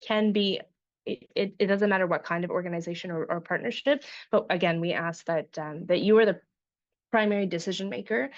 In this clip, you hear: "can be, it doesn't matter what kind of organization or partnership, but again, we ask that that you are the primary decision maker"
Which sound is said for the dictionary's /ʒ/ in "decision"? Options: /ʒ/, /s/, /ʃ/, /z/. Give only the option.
/ʒ/